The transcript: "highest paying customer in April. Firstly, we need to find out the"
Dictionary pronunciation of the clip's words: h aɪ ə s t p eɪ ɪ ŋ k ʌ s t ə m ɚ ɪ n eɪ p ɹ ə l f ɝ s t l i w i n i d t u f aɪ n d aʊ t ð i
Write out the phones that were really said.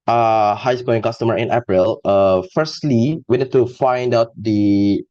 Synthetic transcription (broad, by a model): h aɪ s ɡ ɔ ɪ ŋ k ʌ s t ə m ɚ ɪ n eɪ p ɹ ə l f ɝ s t l i w i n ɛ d t u f aɪ n d aʊ t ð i